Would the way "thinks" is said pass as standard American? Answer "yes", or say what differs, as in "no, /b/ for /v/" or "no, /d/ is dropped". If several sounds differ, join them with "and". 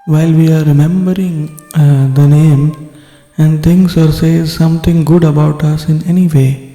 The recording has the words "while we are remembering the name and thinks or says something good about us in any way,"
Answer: no, /t/ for /θ/ and /k/ is dropped